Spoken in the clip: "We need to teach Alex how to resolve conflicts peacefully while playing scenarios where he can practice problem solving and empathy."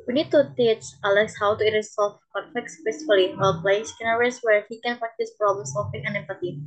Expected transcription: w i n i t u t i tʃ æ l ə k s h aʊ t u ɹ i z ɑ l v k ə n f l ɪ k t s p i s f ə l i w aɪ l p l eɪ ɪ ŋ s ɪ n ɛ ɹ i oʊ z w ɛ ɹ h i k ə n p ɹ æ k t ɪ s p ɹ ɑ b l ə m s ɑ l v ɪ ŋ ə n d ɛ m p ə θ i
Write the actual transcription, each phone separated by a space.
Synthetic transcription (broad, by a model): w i n i t u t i s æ l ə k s h aʊ t u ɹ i s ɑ l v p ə f ɛ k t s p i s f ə l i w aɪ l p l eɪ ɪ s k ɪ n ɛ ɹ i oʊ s w ɛ ɹ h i k ə n p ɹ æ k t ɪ s p ɹ ɑ b l ə m s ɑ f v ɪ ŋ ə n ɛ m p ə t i